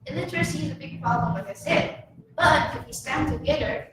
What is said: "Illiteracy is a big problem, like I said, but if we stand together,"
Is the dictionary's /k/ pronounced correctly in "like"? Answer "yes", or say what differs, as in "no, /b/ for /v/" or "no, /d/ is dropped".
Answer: no, /k/ is dropped